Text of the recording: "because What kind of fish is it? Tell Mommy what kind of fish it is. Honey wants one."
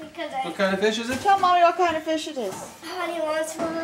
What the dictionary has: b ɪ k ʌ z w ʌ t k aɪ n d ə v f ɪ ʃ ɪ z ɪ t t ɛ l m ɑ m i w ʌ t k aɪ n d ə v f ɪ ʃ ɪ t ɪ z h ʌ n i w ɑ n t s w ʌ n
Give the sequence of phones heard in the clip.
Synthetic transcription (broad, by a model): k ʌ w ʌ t k aɪ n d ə f ɪ ʃ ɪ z ɪ t t ɛ l m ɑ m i w ʌ t k aɪ n d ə f ɪ ʃ ɪ t ɪ z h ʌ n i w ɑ t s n